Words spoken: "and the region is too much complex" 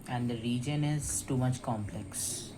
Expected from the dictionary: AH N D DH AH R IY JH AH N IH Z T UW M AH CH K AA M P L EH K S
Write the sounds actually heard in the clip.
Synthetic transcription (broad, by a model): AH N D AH R IY JH AH N IH Z T UW M AH CH K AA M P L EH K S